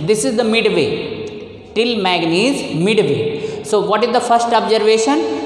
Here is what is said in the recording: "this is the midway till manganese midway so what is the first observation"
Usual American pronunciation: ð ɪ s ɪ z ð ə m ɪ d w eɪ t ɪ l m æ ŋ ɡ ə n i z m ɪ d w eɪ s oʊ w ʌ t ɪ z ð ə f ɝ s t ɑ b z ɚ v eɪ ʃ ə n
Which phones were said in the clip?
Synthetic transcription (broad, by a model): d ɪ s ɪ z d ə m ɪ d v eɪ t ɪ l m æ ɡ n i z m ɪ d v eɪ s oʊ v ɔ t ɪ z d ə f ɝ s t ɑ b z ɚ v eɪ ʃ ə n